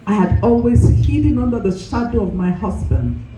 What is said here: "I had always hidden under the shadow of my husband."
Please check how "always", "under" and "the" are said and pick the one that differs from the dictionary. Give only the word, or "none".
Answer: none